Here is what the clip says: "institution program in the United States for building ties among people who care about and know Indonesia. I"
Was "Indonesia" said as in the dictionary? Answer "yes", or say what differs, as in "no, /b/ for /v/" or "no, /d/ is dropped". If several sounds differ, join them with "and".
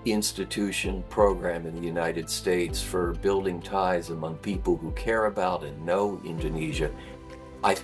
yes